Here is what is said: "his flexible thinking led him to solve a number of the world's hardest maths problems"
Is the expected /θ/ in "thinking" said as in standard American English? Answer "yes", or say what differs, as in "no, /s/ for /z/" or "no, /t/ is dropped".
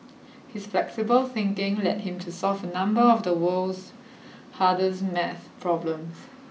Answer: yes